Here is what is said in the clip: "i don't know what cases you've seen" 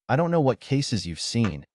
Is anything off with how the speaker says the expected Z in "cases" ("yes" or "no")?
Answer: no